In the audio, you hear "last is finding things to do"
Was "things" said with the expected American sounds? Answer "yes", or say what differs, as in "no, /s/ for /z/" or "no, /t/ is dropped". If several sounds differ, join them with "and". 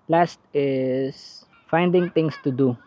no, /t/ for /θ/ and /s/ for /z/